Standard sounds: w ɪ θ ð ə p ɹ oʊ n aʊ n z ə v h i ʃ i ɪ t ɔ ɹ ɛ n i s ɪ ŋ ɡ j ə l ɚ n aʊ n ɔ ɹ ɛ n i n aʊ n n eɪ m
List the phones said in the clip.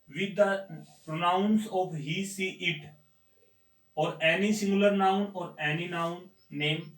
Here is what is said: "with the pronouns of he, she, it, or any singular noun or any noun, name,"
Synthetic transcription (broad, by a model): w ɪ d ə p ɹ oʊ n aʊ n s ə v h i s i ɪ t ɔ ɹ ɛ n i s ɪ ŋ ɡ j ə l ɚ n aʊ n ɔ ɹ ɛ n i n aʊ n n eɪ m